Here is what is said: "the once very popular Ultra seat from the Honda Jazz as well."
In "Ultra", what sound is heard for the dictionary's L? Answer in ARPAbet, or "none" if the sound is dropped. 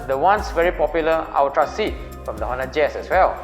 W